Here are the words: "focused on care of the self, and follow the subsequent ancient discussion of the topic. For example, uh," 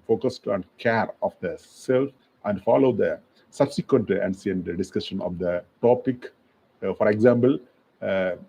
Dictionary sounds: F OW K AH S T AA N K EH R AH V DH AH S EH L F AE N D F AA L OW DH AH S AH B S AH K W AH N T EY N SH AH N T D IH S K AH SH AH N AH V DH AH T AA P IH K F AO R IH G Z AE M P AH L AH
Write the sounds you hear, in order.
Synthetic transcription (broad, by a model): F OW K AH S T AA N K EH R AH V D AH S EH L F AE N D F AA L OW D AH S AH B S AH K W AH N T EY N S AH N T D IH S K AH SH AH N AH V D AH T AA P IH K F AO R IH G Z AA M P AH L